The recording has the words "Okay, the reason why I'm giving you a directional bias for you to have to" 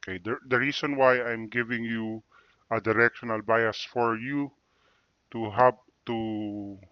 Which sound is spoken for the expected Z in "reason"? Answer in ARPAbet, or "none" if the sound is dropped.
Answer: S